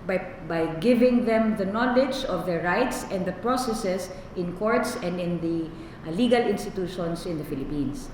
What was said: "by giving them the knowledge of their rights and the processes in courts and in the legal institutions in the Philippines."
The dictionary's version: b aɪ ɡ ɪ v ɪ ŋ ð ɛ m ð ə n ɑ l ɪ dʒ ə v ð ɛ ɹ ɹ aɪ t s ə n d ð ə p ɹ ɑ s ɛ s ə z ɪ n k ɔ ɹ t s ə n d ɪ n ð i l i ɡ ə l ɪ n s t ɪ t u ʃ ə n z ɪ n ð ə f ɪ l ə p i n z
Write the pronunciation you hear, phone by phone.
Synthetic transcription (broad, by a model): b aɪ ɡ ɪ v ɪ ŋ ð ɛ m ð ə n ɑ l ɪ dʒ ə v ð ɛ ɹ ɹ aɪ t s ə n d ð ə p ɹ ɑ s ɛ s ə s ɪ n k ɔ ɹ t s ə n d ɪ n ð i l i ɡ ə l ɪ n s t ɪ t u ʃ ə n s ɪ n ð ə f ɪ l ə p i n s